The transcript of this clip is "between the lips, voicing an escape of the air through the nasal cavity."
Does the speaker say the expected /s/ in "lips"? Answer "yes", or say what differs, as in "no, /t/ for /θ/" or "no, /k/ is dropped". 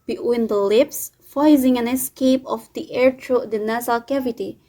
yes